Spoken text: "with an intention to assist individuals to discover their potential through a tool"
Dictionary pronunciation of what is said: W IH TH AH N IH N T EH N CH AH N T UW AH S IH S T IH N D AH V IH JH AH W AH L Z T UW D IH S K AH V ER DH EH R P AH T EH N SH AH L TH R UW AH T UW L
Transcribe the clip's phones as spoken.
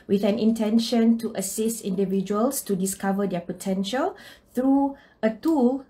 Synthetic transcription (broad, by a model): W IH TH AH N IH N T EH N SH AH N T UW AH S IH S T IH N D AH V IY JH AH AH L S T UW D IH S K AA V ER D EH P AH T EH N SH AH L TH R UW AH T UW L